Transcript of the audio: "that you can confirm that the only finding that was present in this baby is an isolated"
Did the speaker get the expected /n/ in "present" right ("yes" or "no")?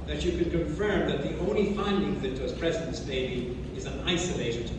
no